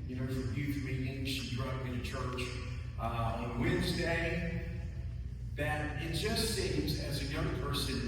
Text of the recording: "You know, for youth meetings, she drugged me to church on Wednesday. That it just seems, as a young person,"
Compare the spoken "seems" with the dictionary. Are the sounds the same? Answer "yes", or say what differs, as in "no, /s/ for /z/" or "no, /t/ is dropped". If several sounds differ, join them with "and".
yes